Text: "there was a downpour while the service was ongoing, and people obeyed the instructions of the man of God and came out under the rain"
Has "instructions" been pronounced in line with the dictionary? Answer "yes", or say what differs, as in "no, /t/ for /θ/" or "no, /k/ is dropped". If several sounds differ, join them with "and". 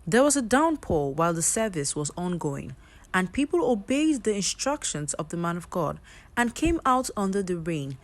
yes